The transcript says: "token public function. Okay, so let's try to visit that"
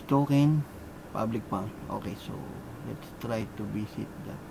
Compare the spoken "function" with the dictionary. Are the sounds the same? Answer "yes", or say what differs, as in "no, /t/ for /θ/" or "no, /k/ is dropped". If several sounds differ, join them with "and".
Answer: no, /p/ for /f/